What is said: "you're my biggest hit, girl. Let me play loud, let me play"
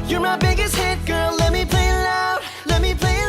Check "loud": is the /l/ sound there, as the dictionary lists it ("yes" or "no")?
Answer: no